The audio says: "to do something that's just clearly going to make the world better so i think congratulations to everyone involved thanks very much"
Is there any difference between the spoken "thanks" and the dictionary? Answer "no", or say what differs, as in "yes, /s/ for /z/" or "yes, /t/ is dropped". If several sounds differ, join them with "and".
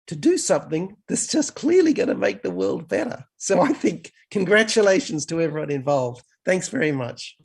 no